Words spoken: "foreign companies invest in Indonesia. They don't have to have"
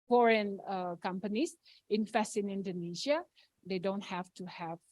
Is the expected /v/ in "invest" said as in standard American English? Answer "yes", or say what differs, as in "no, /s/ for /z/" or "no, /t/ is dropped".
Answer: no, /f/ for /v/